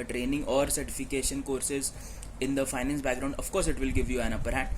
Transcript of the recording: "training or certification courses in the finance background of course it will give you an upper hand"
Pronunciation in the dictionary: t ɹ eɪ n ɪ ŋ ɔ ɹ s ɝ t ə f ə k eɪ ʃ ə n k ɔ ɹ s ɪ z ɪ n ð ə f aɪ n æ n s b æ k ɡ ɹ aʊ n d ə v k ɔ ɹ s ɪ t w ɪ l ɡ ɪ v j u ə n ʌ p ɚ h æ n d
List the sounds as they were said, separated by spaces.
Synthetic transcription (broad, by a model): t ɹ eɪ n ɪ ŋ ɔ ɹ s ɝ t ə f ə k eɪ ʃ ə n k ɔ ɹ s ɪ z ɪ n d ə f aɪ n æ n s b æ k ɡ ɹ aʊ n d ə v k ɔ ɹ s ɪ t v ɪ l ɡ ɪ v j u ə n ʌ p ɚ h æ